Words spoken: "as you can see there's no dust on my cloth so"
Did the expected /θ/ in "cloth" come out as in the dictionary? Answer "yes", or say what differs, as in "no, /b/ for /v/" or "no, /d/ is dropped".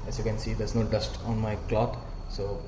no, /t/ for /θ/